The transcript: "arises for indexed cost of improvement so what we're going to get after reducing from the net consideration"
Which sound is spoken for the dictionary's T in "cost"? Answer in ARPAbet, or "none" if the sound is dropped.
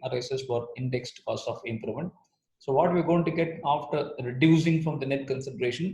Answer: none